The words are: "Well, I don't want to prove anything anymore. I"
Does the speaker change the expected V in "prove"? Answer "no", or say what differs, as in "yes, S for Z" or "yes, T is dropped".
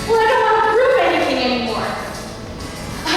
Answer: yes, P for V